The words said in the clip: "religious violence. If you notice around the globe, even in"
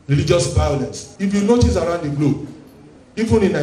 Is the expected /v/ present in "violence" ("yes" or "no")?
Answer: no